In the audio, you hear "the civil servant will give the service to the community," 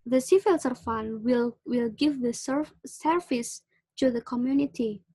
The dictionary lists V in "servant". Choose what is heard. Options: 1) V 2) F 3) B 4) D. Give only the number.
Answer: 2